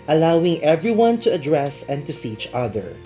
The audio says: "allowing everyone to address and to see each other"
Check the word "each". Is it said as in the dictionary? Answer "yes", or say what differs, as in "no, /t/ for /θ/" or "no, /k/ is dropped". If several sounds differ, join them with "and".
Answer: yes